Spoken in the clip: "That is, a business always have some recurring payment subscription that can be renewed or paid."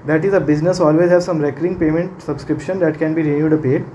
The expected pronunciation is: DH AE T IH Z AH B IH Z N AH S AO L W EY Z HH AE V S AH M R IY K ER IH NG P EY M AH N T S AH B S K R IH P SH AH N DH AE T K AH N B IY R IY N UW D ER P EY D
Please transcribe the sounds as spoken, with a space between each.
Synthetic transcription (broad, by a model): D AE T IH Z AH B IH Z N AH S AO L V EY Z HH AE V S AH M R IY K ER IH NG P EY M AH N T S AH B S K R IH P SH AH N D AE T K AH N B IY R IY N UW D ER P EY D